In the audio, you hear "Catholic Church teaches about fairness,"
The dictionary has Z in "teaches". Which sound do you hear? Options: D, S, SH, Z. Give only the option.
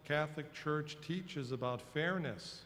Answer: Z